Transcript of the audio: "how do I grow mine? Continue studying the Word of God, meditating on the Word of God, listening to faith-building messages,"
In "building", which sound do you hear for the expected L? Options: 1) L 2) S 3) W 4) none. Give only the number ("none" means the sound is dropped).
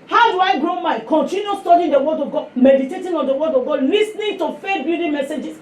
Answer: 4